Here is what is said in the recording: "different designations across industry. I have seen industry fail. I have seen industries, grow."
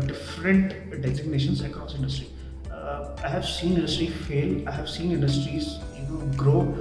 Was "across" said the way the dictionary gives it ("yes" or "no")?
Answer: no